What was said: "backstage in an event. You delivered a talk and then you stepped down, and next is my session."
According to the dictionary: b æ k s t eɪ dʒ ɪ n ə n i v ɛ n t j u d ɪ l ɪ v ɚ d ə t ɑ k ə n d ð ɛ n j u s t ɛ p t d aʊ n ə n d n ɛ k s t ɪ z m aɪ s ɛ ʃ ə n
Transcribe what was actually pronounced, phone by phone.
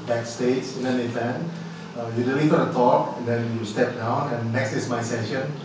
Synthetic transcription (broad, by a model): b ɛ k s t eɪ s ɪ n ə n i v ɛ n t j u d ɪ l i f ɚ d ə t ɑ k ə n d ɛ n j u s t ɛ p d aʊ n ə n n ɛ k s t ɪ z m aɪ s ɛ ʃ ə n